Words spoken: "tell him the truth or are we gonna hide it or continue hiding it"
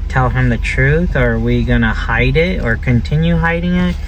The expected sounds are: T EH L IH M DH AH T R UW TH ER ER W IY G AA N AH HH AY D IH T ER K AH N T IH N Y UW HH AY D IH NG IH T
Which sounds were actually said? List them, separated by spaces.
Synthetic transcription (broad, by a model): T EH L IH M DH AH T R UW TH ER ER W IY G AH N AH HH AY D IH T ER K AH N T IH N Y UW HH AY D IH NG IH T